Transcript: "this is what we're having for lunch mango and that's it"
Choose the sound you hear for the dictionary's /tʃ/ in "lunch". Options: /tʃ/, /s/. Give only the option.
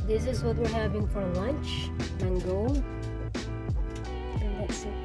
/tʃ/